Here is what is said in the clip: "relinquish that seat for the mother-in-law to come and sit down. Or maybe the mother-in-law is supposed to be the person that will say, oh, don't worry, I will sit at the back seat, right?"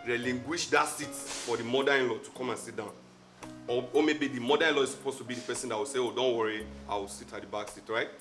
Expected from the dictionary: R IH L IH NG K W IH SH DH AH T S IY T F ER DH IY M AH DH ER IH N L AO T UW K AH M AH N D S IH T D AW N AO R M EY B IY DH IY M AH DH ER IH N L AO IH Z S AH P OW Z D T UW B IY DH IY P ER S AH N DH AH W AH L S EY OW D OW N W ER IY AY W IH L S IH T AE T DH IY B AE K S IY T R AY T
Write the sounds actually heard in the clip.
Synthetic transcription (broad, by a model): R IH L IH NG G W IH SH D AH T S IY T F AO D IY M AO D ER IH N L AO T UW K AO M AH N S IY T D AW N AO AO M EY B IY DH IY M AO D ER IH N L AO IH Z S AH P OW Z T UW B IY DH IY P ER S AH N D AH W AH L S EY OW D OW N W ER IY AY W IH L S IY T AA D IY B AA K S IY T R AY T